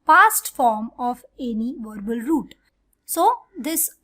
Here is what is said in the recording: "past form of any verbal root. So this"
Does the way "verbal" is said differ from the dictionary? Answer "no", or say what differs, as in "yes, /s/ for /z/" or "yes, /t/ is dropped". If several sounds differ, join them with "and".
no